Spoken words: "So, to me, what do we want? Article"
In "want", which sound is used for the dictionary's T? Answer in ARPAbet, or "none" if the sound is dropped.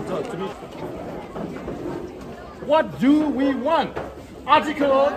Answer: T